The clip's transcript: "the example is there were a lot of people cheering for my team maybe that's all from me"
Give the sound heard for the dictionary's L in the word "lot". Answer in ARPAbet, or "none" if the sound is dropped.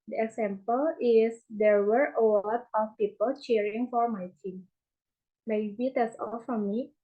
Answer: W